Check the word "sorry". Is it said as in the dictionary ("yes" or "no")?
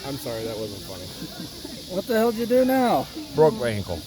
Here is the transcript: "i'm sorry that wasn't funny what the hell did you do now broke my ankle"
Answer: yes